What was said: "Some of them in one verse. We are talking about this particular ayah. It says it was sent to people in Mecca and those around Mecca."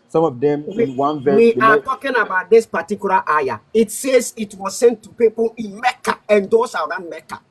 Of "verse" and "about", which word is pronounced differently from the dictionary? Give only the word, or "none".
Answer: verse